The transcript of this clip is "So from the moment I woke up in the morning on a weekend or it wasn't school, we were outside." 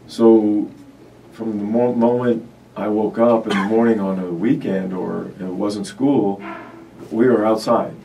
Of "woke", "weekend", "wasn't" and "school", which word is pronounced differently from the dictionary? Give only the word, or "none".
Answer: none